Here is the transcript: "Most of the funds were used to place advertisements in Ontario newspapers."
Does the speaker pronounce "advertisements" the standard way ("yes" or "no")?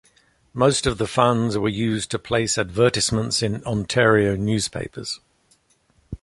no